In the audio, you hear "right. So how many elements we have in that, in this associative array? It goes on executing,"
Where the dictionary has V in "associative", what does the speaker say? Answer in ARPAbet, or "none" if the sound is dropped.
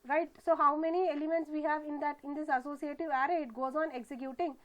V